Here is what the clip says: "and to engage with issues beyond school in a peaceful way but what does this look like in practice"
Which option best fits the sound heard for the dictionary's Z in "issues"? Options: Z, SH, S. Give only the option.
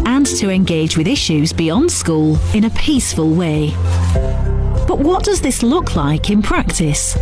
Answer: Z